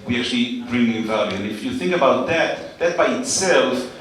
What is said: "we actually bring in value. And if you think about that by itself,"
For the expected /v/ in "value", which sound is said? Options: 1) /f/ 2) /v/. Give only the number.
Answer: 2